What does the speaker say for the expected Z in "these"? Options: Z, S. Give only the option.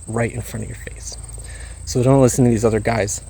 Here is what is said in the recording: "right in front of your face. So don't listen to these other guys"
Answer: Z